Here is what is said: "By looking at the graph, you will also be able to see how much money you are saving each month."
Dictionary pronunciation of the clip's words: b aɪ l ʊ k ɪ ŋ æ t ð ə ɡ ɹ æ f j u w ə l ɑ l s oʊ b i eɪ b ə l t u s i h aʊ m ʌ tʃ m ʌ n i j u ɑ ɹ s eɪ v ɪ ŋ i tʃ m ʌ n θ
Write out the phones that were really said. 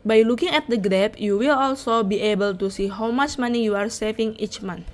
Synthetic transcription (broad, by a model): b aɪ l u k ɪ ŋ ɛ t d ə ɡ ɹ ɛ p j u w ə l ɑ l s oʊ b i eɪ b ə l t u s i h aʊ m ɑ tʃ m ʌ n i j u ɑ ɹ s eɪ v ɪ ŋ i tʃ m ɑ n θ